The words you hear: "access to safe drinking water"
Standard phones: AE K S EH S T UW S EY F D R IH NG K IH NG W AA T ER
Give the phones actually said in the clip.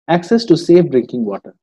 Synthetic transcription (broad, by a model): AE K S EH S T UW S EY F D R IH NG K IH NG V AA T ER